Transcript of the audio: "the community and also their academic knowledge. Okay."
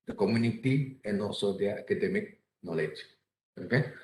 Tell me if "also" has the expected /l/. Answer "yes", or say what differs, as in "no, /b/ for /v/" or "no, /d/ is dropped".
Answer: no, /l/ is dropped